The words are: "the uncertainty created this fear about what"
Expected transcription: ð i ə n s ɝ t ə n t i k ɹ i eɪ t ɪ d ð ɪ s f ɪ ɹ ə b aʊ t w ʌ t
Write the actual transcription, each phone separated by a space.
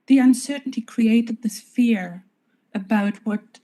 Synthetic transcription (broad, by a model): ð i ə n s ɝ t n t i k ɹ i eɪ t ɪ d ð ɪ s f ɪ ɹ ə b aʊ t w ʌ t